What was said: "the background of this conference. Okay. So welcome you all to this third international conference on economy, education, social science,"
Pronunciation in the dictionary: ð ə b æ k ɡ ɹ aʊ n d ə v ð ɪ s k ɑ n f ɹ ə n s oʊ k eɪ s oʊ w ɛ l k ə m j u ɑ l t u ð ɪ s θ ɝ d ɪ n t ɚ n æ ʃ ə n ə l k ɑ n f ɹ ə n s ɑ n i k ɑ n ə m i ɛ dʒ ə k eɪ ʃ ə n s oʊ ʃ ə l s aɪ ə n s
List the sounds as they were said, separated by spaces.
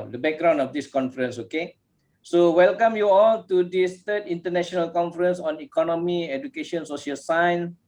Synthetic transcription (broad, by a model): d ə b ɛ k ɡ ɹ aʊ n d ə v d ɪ s k ɑ n f ɹ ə n s oʊ k eɪ s oʊ w ɛ l k ə m j u ɑ l t u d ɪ s t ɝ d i n t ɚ n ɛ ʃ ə n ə l k ɑ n f ɹ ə n s ɑ n i k ɑ n ə m i ɛ dʒ ə k eɪ ʃ ə n s oʊ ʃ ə l s aɪ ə n s